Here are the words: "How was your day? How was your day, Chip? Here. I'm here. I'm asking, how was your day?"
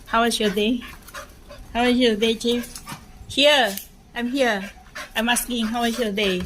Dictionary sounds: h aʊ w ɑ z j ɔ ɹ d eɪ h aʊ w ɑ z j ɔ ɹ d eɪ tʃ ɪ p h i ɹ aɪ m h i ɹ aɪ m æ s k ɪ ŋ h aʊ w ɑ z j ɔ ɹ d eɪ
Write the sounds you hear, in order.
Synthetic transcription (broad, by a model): h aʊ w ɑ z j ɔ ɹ d eɪ h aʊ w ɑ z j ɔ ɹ d eɪ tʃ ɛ f h i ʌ aɪ m h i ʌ aɪ m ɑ s k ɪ ŋ h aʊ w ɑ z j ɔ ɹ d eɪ